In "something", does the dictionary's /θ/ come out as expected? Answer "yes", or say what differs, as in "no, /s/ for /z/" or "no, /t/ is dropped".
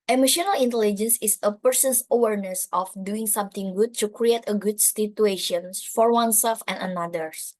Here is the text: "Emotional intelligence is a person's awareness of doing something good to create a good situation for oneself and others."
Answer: no, /t/ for /θ/